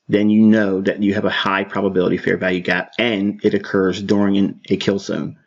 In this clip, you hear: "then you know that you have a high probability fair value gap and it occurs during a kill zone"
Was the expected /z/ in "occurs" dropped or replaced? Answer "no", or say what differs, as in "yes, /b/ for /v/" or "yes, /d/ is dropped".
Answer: no